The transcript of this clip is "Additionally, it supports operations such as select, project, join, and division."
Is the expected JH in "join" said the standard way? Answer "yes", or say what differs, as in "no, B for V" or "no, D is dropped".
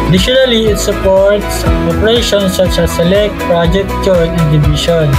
no, CH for JH